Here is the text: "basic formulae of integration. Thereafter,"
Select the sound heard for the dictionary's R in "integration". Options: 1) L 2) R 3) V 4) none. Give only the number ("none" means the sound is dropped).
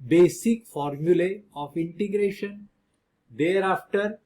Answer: 2